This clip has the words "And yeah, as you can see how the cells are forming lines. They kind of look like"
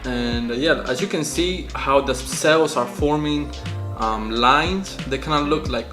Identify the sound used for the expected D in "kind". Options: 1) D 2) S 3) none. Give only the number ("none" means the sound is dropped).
3